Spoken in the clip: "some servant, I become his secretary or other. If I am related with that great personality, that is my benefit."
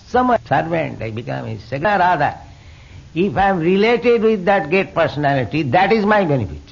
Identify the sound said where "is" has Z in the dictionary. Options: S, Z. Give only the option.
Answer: Z